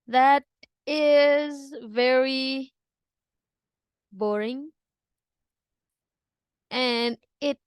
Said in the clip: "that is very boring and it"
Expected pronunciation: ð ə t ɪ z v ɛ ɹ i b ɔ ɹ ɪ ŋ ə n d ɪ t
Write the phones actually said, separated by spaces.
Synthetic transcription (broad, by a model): ð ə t ɪ z v ɛ ɹ i b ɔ ɹ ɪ ŋ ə n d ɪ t